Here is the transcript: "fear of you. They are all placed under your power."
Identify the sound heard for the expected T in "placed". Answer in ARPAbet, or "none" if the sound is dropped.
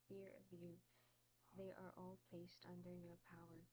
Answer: T